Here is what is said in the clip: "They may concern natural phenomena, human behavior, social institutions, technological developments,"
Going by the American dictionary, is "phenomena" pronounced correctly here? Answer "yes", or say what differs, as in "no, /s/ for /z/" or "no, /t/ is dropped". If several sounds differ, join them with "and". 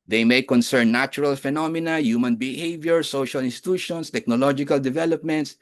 yes